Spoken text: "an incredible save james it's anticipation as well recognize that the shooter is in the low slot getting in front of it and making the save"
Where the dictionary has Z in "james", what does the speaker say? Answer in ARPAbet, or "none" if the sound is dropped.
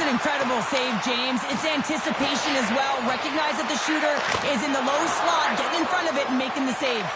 Z